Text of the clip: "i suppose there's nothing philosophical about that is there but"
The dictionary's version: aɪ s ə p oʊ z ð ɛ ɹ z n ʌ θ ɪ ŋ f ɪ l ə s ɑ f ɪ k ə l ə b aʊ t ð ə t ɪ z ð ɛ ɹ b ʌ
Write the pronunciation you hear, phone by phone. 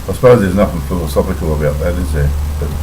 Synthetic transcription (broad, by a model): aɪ s ə p oʊ z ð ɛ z n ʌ f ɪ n f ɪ l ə s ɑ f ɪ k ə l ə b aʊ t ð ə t ɪ z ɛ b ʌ